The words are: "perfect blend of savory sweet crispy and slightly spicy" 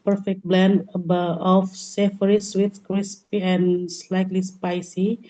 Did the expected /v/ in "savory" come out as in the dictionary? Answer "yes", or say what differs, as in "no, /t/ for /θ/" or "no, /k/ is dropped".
no, /f/ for /v/